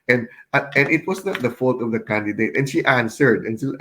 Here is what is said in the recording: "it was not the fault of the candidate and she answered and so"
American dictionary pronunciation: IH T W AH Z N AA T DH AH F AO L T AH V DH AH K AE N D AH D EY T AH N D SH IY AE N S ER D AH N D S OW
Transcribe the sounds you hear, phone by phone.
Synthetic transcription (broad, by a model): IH T W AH S N AA T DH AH F AO L T AH V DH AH K AE N D AH D EY T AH N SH IY AE N S ER D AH N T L